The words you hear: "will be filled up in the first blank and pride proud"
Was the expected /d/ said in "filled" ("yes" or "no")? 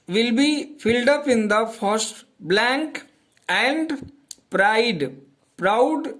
yes